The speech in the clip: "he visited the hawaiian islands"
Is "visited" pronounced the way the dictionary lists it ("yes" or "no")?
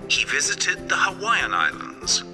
yes